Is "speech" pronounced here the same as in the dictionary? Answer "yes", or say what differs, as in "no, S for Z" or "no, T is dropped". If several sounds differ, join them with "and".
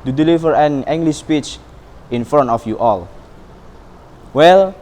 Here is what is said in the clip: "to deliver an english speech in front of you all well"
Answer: yes